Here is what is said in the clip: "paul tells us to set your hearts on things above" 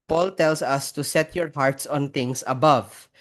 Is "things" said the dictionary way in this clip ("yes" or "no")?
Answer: no